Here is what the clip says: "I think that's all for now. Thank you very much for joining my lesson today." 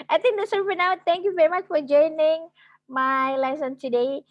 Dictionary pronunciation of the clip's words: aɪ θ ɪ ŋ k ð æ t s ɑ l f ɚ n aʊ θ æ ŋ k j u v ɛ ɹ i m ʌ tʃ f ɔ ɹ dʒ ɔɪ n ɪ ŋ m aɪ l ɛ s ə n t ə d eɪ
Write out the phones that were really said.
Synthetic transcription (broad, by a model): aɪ t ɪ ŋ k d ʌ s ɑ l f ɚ n aʊ t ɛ ŋ k j u v ɛ ɹ i m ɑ tʃ f ɔ ɹ dʒ ɔɪ n ɪ ŋ m aɪ l ɛ s ə n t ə d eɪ